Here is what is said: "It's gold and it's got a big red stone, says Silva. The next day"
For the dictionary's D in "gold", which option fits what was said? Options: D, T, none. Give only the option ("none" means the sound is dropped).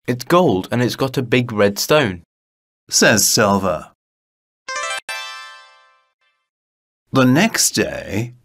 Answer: D